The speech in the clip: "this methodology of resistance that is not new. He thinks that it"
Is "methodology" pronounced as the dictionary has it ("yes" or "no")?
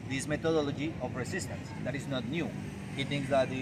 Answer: no